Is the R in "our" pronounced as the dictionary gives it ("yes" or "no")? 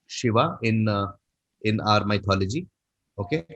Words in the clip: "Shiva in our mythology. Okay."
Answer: yes